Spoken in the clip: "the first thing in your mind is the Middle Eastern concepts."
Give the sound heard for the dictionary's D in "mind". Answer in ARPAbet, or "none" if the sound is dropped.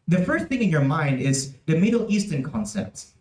D